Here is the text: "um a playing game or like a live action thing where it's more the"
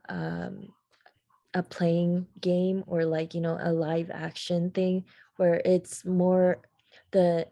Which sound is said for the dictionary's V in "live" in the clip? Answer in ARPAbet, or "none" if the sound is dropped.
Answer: V